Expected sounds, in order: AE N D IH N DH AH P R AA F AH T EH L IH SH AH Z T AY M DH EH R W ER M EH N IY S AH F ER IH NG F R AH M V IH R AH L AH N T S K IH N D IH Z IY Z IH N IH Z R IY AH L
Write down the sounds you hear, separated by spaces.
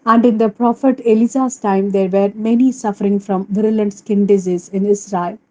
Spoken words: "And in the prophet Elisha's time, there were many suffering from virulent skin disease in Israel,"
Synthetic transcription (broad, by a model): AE N D IH N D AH P R AA F AH T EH L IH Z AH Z T AY M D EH R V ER M EH N IY S AH F ER IH NG F R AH M V IH R AH L AH N T S K IH N D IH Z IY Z IH N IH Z R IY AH L